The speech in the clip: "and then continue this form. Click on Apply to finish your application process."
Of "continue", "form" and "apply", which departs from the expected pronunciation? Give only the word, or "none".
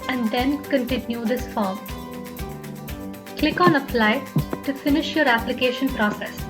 apply